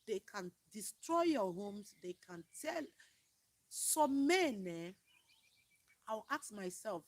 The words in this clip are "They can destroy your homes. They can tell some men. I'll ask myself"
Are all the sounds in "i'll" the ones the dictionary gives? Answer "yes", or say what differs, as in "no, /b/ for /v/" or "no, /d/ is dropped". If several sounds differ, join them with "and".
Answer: no, /w/ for /l/